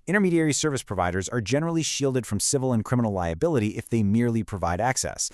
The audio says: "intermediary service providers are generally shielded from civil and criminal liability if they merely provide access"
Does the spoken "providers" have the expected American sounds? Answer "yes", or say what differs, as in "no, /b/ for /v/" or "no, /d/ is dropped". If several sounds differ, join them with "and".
yes